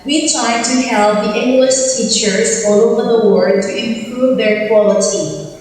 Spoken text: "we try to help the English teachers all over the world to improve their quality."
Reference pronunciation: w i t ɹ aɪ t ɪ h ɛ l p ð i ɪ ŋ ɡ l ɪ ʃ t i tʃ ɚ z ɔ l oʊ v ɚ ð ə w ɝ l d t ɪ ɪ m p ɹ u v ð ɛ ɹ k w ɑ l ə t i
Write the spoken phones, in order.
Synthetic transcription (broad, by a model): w i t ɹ aɪ t ɪ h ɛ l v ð i ɪ ŋ ɡ l ɪ ʃ t i tʃ ɚ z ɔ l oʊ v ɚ ð ə w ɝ d t ɪ ɪ m p ɹ u v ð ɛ ɹ k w ɑ l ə t i